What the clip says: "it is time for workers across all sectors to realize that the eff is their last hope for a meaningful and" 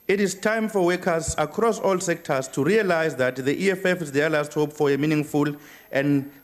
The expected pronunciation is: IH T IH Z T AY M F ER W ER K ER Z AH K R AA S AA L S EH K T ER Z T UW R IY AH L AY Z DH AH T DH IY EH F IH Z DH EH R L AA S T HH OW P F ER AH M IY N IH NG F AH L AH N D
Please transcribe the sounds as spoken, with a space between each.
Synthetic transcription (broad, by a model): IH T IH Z T AY M F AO W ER K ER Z AH K R AA S AA L S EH K T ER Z T UW R IY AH L AY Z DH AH T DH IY EH F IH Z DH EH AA L AA S T HH OW P F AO AH M IY N IH NG F AH L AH N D